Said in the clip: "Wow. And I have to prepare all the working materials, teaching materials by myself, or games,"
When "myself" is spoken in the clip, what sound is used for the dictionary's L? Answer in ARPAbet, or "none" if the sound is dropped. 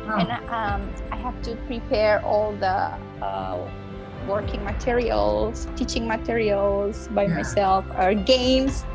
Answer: L